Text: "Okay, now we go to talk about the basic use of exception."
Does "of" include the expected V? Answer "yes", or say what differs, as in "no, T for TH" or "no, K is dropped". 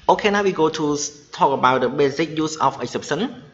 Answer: no, F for V